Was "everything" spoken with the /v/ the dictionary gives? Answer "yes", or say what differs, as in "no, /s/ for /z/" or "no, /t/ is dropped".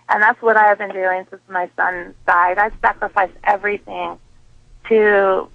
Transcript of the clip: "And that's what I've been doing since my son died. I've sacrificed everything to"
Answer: yes